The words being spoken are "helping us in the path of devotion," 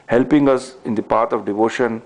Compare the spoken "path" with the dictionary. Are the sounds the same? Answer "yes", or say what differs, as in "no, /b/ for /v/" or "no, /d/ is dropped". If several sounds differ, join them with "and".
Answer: no, /t/ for /θ/